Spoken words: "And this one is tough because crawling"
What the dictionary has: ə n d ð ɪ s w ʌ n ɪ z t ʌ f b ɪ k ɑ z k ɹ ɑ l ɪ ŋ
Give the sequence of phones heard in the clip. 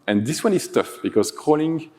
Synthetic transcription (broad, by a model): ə n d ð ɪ s w ʌ n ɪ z t ʌ f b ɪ k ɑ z k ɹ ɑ l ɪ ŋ